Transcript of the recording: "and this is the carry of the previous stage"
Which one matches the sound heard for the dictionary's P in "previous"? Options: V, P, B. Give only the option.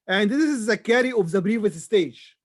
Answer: B